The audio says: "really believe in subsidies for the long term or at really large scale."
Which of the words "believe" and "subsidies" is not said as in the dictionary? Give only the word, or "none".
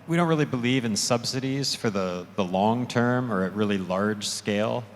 none